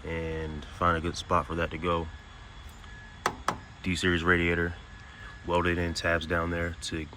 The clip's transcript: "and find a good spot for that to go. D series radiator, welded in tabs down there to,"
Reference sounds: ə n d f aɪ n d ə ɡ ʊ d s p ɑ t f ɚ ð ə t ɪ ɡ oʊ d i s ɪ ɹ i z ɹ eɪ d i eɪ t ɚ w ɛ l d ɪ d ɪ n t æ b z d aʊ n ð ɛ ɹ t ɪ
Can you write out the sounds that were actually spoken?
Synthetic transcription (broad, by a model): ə n f aɪ n d ə ɡ ʊ d s p ɑ t f ɚ ð ə t ɪ ɡ oʊ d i s ɪ ɹ i z ɹ eɪ d i eɪ t ɚ w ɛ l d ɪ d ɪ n t æ b z d aʊ n ð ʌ ɹ t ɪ